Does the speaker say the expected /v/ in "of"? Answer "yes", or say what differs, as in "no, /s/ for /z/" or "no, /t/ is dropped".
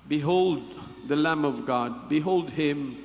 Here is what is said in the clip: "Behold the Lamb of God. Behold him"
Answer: yes